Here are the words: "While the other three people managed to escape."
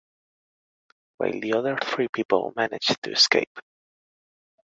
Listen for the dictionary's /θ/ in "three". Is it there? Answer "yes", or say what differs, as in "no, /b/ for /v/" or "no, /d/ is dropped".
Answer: yes